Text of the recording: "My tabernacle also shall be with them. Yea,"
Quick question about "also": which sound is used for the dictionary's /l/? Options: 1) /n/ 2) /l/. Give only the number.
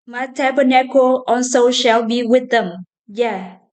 1